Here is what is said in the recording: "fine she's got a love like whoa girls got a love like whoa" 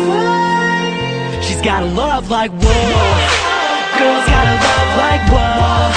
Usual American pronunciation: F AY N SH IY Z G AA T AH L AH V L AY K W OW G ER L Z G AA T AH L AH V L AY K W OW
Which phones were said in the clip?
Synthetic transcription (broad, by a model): SH IY Z G AA T AH L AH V L AY K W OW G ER Z G AA T AH L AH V L AY K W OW